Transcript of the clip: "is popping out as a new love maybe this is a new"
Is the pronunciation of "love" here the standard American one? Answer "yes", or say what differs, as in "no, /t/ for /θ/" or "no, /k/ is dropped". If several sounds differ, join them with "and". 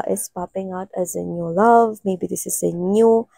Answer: yes